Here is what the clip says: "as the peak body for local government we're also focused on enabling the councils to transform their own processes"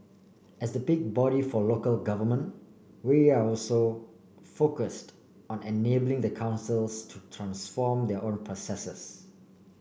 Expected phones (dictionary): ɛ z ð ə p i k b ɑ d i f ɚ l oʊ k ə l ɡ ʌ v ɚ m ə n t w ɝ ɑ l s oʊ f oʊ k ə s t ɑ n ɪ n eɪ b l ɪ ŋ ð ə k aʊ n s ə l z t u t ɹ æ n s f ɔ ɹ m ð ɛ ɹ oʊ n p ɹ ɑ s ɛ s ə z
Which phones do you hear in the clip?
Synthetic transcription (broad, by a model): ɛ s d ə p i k b ɑ d i f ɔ l oʊ k ə l ɡ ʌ v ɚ m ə n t w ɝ ɑ l s oʊ f oʊ k ə s t ɑ n ɪ n eɪ b l ɪ ŋ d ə k aʊ n s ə l s t u t ɹ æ n s f ɔ m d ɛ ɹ oʊ n p ɹ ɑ s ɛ s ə s